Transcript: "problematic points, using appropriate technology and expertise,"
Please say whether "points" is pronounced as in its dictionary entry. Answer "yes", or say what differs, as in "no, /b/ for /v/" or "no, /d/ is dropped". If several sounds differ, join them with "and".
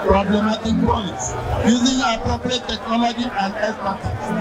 yes